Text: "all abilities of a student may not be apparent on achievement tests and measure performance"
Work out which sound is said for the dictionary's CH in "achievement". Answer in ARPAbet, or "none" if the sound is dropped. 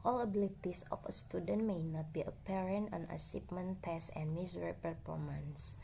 S